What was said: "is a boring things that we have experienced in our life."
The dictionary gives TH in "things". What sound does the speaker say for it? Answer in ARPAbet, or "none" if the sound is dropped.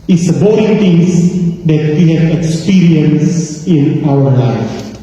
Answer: T